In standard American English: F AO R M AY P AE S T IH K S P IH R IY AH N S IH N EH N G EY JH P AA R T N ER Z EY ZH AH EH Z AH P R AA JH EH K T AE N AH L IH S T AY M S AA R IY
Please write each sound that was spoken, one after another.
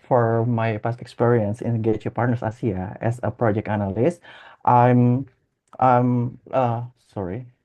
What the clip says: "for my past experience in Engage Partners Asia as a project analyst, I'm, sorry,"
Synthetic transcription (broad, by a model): F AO R M AY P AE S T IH K S P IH R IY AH N S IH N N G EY CH P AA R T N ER S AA S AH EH S AH P R AA JH EH K T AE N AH L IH S T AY M S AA R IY